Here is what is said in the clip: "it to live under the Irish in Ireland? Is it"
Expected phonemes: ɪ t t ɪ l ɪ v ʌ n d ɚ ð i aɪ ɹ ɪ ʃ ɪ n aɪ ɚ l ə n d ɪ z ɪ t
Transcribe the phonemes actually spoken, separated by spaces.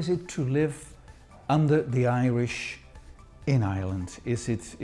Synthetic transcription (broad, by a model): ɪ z t ɪ l ɪ v ʌ n d ɚ ð i aɪ ɹ ɪ ʃ ɪ n aɪ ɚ l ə n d ɪ z ɪ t